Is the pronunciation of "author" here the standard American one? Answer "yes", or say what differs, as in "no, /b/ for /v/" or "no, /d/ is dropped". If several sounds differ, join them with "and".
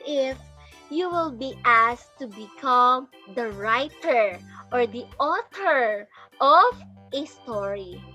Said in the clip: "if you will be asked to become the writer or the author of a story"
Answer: no, /t/ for /θ/